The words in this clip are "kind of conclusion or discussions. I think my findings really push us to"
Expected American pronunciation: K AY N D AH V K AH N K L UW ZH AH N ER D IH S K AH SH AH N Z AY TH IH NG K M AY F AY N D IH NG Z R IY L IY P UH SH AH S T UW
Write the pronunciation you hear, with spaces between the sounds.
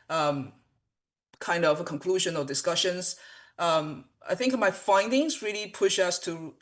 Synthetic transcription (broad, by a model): K AY N D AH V K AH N K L UW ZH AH N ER D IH S K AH SH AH N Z AY TH IH NG K M AY F AY N D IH NG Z R IY L IY P UH SH AH S T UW